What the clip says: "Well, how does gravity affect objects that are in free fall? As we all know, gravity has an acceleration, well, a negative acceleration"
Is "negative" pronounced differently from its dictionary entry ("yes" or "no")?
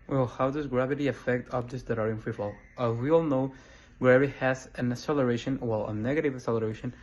no